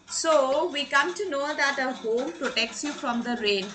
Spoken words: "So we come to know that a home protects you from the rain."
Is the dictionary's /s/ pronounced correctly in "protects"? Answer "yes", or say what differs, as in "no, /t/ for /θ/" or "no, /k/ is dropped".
yes